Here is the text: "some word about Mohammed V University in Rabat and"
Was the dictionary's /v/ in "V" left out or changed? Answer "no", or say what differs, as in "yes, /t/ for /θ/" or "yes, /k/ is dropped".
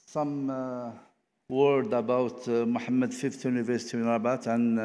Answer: yes, /f/ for /v/